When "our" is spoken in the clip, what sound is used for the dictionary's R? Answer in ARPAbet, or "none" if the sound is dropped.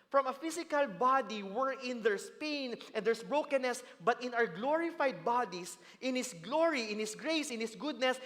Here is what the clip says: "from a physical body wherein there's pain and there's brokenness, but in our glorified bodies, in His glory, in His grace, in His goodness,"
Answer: W